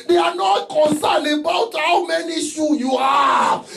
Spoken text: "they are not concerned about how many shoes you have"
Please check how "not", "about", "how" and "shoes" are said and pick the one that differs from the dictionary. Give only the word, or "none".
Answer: shoes